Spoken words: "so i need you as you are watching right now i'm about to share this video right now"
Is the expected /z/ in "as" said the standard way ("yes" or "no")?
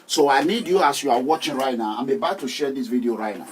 no